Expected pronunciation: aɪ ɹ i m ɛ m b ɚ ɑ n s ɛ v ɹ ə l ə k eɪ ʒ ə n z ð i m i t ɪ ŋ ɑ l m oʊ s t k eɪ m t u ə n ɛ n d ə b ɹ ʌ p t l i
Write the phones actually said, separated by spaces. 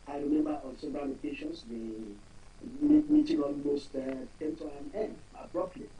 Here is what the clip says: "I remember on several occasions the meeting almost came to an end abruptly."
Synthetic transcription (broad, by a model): aɪ ɹ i m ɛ m b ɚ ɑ l s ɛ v ɹ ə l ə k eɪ ʃ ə n s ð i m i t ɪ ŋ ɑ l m oʊ s t k eɪ m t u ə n ɛ n d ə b ɹ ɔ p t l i